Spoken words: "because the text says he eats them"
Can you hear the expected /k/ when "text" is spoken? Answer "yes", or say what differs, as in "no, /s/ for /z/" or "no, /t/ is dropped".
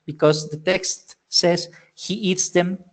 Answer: yes